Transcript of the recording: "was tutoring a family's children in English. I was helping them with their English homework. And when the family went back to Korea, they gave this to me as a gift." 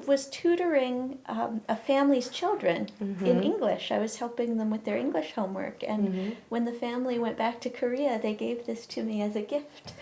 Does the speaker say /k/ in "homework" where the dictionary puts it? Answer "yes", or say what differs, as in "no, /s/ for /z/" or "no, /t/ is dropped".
yes